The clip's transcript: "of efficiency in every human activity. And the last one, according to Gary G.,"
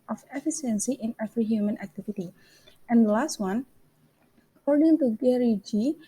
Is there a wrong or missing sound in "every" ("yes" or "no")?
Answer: yes